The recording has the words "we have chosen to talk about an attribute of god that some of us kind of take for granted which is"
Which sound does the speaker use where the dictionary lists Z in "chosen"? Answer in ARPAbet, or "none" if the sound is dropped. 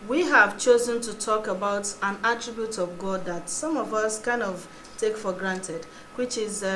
Z